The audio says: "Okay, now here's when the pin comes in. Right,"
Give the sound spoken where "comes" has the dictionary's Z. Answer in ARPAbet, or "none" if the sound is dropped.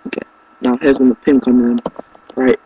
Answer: none